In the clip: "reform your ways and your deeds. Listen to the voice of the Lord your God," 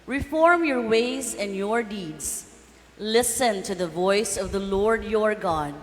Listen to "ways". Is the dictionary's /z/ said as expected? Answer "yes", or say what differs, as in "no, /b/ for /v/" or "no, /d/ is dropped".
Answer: yes